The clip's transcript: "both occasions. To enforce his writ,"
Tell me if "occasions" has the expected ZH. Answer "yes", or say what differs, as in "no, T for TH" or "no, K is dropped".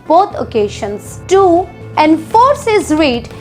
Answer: no, SH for ZH